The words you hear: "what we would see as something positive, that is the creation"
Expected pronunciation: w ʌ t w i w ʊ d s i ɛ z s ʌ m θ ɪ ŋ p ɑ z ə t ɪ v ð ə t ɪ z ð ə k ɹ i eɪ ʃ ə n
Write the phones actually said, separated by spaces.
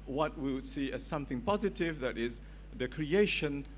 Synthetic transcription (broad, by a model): w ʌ t w i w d s i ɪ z s ʌ m θ ɪ ŋ p ɑ z ə t ɪ v ð ə t ɪ z ð ə k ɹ i eɪ ʃ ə n